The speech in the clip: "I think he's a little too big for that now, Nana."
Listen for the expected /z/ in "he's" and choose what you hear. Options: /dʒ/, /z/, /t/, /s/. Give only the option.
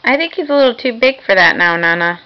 /z/